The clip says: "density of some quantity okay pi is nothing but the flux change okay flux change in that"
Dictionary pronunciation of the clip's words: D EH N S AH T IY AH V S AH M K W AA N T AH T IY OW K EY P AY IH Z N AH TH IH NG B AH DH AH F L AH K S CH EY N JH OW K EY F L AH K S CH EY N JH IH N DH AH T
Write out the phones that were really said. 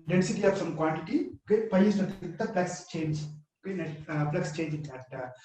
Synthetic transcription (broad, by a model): D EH N S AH T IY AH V S AH M K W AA N T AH T IY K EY P AY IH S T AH T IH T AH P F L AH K S CH EY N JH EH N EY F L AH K S CH EY N JH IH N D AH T